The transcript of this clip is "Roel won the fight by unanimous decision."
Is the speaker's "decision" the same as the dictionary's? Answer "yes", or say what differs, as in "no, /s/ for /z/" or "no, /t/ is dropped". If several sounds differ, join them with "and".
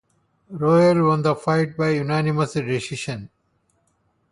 no, /ʃ/ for /ʒ/